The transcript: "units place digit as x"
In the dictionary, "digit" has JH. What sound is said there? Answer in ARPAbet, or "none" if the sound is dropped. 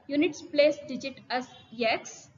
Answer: JH